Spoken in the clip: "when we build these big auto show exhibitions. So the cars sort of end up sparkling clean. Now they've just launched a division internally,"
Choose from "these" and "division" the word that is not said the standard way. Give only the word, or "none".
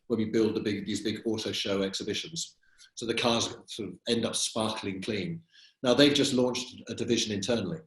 none